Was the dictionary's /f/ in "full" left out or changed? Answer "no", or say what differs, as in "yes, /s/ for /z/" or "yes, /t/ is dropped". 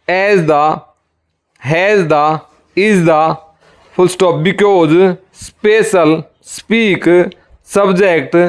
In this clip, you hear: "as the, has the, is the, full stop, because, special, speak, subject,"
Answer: yes, /p/ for /f/